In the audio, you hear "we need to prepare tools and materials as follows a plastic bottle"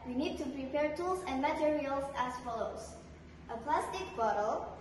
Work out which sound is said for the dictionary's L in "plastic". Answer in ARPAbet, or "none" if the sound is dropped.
L